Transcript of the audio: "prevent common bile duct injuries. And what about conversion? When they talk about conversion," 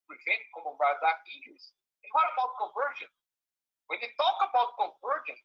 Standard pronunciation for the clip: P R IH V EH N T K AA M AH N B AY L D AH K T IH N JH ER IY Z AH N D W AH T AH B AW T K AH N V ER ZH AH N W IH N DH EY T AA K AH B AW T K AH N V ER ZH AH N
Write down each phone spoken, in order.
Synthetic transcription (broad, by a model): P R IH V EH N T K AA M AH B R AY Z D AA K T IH JH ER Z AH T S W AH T AH B AW T K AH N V ER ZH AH N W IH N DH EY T AA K AH B AW T K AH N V ER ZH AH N